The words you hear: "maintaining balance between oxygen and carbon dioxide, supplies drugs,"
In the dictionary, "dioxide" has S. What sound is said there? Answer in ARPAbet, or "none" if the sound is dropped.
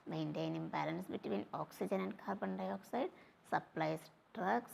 S